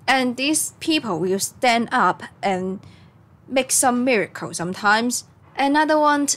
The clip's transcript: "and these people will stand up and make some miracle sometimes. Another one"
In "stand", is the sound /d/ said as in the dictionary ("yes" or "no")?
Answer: yes